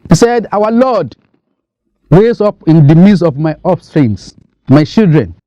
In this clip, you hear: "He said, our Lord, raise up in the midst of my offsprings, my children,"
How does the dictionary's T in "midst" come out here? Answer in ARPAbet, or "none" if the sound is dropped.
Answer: none